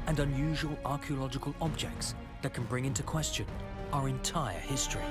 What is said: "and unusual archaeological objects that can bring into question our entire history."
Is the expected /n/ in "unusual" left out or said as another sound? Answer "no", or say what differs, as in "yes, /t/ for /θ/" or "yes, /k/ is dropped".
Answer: no